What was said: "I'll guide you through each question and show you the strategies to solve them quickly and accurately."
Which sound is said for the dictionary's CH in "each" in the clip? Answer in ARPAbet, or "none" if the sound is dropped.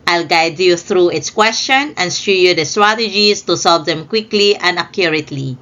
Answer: S